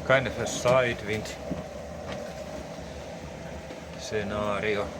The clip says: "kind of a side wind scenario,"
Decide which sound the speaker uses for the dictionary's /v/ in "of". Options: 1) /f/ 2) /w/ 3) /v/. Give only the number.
1